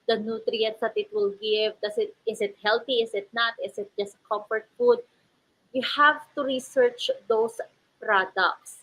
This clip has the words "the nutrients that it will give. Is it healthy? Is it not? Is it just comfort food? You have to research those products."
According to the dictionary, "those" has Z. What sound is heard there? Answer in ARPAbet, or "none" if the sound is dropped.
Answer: S